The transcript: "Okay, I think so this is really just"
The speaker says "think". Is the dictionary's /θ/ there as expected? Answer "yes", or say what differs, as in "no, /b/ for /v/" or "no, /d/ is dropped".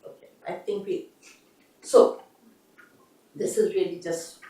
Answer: no, /t/ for /θ/